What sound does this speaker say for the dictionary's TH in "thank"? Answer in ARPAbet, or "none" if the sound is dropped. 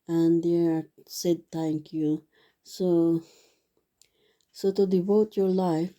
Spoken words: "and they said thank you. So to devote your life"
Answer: T